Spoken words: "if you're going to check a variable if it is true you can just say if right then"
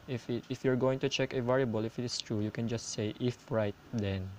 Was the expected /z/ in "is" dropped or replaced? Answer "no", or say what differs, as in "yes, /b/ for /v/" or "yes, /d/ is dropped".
yes, /s/ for /z/